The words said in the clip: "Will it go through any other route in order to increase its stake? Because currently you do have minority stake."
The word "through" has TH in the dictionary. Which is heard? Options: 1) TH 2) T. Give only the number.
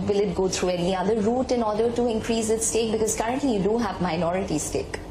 2